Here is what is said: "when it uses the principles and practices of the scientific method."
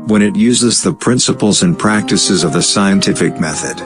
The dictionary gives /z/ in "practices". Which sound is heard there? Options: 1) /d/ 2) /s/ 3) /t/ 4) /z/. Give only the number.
4